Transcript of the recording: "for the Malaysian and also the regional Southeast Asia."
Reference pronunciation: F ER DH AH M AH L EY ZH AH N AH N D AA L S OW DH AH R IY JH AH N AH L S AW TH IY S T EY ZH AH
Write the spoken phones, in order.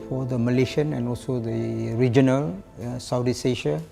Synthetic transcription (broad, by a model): F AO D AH M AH L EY SH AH N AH N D AA L S OW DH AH R IY JH AH N AH L S AW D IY S EY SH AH